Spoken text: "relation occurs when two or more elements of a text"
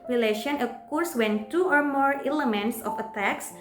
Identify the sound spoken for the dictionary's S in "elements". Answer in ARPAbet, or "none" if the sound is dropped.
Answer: S